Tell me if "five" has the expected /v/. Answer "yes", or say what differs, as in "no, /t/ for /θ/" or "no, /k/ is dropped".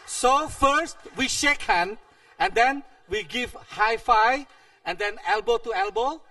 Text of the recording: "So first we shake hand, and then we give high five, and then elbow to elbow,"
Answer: no, /v/ is dropped